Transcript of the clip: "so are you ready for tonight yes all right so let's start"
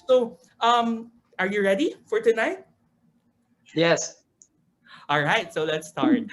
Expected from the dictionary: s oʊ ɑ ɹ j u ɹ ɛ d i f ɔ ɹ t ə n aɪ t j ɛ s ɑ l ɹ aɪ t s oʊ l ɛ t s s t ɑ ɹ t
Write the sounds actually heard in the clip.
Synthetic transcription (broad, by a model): s oʊ ɑ ɹ j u ɹ ɛ d i f ɔ ɹ t ə n aɪ t j ɛ s ɑ l ɹ aɪ t s oʊ l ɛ t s s t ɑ ɹ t